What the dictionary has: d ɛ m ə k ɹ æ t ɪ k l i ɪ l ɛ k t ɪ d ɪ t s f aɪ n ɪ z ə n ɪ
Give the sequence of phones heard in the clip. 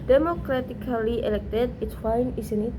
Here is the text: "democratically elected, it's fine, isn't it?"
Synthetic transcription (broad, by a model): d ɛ m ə k ɹ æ t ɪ k l i ɪ l ɛ k t ɪ d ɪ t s f aɪ n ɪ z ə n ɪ